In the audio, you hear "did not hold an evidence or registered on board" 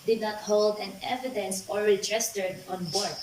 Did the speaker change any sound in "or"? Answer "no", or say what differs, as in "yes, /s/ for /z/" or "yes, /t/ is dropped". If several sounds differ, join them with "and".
yes, /l/ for /ɹ/